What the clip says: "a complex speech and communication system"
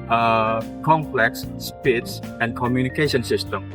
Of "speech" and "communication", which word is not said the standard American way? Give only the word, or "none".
speech